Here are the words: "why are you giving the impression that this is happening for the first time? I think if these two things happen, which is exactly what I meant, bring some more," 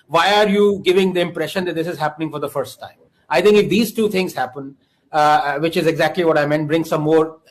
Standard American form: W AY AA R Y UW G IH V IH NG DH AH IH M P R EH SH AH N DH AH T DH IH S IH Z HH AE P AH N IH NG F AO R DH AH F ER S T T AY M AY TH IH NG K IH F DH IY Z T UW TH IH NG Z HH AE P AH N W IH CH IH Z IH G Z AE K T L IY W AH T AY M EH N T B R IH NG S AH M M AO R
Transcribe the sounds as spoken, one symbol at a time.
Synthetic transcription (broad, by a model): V AY AA R Y UW G IH V IH NG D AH IH M P R EH SH AH N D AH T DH IH S IH Z HH AE P AH N IH NG F AO R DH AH F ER S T T AY M AY T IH NG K IH F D IY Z T UW T IH NG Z HH AE P AH N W IH CH IH Z IH G Z AE K T L IY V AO T AY M EH N T B R IH NG S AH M M AO R